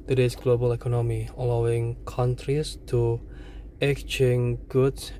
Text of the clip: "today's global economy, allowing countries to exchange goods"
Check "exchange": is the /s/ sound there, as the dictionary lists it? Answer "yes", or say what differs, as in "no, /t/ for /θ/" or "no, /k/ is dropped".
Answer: no, /s/ is dropped